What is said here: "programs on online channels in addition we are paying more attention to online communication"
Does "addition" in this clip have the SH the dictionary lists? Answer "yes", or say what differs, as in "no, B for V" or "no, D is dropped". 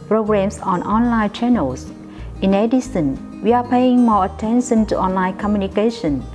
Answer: no, S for SH